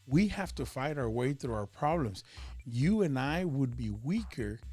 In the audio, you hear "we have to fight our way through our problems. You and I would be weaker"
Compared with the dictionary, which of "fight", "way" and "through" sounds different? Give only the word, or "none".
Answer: none